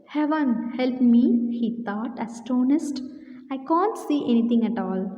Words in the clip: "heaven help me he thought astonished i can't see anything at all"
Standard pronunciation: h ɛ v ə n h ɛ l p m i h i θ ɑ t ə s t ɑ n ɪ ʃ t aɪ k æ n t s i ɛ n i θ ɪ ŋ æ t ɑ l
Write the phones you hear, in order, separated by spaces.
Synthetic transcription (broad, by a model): h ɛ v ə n h ɛ l p m i h i t ɑ t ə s t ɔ n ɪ s t aɪ k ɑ n t s i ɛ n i t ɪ ŋ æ t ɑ l